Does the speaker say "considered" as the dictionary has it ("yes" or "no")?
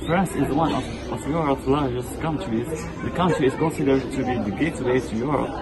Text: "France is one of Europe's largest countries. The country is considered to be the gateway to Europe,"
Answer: yes